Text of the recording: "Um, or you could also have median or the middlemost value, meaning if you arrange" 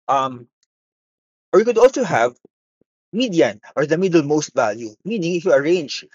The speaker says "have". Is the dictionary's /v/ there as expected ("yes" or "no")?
yes